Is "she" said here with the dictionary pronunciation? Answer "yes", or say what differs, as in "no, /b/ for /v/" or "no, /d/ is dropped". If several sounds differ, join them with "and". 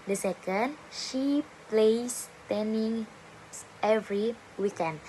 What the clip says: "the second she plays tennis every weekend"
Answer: yes